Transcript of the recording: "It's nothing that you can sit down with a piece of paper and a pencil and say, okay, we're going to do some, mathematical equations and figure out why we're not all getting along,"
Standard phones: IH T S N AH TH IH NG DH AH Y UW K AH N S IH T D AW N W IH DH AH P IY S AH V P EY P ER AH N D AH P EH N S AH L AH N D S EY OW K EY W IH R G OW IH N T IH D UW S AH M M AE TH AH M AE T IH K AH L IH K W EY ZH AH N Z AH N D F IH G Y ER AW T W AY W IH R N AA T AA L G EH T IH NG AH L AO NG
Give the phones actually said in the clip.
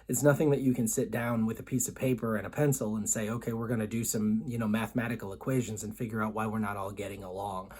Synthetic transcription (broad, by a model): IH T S N AH TH IH NG DH AH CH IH K AH N S IH T D AW N W IH DH AH P IY S AH V P EY P ER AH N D AH P EH N S L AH N S EY OW K EY W IH R G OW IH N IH D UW S AH M M AE TH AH M AE T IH K L IH K W EY ZH AH N Z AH N F IH G Y ER AW T W AY W IH R N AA T AA L G EH T IH NG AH L AO NG